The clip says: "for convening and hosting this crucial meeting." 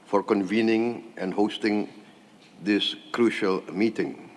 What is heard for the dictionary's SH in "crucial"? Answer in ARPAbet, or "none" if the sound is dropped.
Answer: SH